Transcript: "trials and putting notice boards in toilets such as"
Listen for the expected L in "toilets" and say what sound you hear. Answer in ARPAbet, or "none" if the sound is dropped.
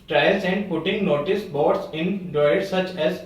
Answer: none